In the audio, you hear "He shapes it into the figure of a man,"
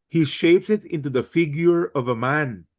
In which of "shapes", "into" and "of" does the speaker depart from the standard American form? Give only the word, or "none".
none